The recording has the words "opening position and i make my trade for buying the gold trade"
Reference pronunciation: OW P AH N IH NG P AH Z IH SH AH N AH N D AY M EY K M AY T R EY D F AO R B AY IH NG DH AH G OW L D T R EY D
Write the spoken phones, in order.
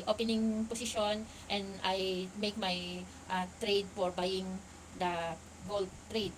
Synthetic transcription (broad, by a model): OW P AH N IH NG P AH S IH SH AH N AH N D AY M EY K M AY T R EY D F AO R B AY IH NG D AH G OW L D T R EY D